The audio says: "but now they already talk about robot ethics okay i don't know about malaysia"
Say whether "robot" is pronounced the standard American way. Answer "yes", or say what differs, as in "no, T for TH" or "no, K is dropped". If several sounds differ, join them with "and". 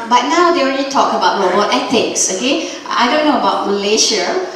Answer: no, B is dropped